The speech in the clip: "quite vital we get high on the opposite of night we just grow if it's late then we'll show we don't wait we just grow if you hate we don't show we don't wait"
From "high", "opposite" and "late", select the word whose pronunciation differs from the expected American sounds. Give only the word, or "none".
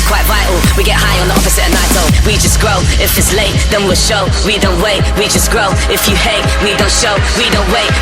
opposite